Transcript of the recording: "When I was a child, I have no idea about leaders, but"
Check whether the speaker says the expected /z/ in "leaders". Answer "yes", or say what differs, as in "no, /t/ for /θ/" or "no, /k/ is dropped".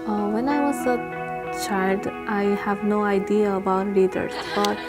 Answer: no, /s/ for /z/